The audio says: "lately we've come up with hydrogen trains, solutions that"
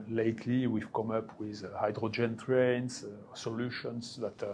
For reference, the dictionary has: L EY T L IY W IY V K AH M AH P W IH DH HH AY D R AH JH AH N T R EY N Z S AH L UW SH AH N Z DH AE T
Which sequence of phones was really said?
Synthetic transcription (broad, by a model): L EY T L IY W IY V K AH M AH P W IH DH HH AY D R AH JH AH N T R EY N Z S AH L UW SH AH N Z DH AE T